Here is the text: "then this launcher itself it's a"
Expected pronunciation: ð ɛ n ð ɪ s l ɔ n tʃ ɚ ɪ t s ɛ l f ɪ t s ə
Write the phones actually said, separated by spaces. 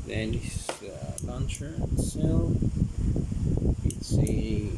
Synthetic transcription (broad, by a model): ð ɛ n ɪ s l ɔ n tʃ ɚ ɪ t s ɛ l ɪ t s